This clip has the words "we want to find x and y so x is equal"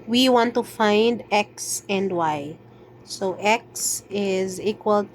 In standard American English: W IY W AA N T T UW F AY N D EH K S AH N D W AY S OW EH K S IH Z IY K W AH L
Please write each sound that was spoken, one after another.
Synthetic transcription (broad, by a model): W IY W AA N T T UW F AY N D EH K S AH N D W AY S OW EH K S IH Z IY K W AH L